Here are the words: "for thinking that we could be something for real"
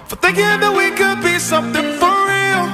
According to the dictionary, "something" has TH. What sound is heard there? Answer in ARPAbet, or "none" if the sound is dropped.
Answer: TH